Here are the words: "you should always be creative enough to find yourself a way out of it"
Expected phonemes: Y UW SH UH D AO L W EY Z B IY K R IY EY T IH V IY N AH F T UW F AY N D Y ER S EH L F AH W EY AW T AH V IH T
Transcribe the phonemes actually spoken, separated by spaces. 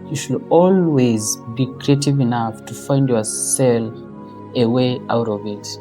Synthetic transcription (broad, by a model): Y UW SH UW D AO L W EY Z B IY K R IY EY T IH V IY N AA F T UW F AY N D Y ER S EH L AH W EY AW T AH V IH T